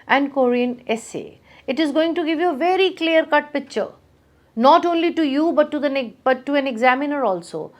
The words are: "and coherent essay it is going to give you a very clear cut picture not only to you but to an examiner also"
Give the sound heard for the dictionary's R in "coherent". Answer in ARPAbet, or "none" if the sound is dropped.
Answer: none